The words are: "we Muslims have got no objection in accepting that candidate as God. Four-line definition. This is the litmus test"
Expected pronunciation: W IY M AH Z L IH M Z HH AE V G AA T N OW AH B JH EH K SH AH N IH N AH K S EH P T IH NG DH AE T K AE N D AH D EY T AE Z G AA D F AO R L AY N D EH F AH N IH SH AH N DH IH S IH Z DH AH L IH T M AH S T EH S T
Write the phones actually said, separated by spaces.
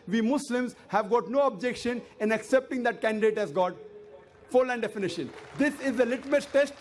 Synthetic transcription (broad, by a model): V IY M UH S L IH M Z HH AE V G AA T N OW AH B JH EH K SH AH N IH N AH K S EH P T IH NG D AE T K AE N D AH D EY T AE Z G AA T F AO R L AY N D EH F AH N IH SH AH N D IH S IH Z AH L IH T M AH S T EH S T